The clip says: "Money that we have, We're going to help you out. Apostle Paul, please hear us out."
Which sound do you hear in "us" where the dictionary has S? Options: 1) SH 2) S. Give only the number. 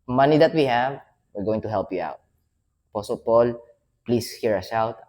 1